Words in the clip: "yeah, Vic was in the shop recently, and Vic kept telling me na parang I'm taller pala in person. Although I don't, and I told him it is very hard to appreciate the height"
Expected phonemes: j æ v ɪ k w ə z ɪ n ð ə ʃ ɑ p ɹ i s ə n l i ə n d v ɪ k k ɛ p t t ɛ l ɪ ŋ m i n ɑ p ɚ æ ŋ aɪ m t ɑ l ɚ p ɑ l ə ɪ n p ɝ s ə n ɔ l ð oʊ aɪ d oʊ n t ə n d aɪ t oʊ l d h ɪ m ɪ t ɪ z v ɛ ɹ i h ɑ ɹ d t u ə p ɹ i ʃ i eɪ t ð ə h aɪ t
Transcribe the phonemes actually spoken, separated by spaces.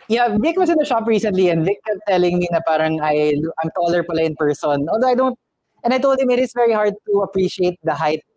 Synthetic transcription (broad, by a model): j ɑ v ɪ k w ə s ɪ n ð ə ʃ ɑ p ɹ i s ə n l i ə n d v ɪ k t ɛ t t ɛ l ɪ ŋ m i n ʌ p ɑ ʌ ŋ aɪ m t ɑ l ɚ p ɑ l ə ɪ n p ɝ s ə n ɔ l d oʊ aɪ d oʊ n t ə n d aɪ t oʊ l d h ɪ m ɪ t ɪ s v ɛ ɹ i h ɑ ɹ d t u ə p ɹ i ʃ i eɪ t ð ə h aɪ t